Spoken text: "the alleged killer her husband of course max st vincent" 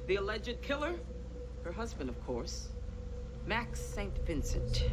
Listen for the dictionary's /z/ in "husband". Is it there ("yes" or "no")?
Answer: yes